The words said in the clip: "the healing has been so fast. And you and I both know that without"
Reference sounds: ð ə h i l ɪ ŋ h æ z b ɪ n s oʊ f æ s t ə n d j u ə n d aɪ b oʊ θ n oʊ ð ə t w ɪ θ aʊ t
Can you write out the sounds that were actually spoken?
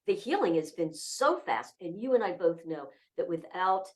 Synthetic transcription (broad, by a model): ð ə h i l ɪ ŋ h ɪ z b ɪ n s oʊ f æ s t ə n j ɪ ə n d aɪ b oʊ θ n oʊ ð ə t w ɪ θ aʊ t